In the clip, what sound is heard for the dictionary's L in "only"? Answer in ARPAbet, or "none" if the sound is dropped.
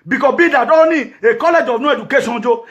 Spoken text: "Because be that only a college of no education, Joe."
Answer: none